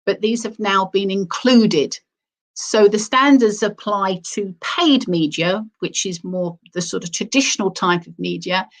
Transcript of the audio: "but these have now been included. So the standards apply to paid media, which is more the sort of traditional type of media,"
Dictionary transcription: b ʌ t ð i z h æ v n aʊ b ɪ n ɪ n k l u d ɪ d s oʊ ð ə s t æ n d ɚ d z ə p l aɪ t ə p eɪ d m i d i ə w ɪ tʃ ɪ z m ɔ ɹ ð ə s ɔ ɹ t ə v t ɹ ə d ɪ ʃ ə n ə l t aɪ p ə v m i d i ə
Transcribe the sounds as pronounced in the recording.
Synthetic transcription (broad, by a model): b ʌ t ð i z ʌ v n aʊ b ɪ n ɪ n k l u d ɪ d s oʊ ð ə s t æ n d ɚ d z ə p l aɪ t ə p eɪ d m i d i ə w ɪ tʃ ɪ z m ɔ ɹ ð ə s ɔ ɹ t ə v t ɹ ə d ɪ ʃ ə n ə l t aɪ p ə v m i d i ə